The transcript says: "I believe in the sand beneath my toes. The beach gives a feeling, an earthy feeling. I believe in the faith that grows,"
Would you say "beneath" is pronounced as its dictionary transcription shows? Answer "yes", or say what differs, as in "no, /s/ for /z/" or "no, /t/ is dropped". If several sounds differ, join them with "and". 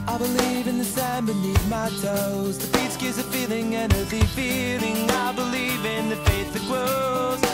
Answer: no, /t/ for /θ/